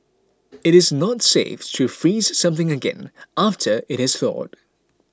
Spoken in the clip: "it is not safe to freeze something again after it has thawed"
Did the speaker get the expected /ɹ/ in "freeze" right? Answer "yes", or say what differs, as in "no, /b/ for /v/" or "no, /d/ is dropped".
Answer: yes